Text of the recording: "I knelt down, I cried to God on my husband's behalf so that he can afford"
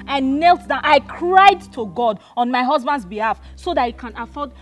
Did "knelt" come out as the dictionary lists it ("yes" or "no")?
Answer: yes